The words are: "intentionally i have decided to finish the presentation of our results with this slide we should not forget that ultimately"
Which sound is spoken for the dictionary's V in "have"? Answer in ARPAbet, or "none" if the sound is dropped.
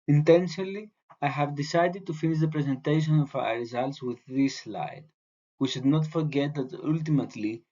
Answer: V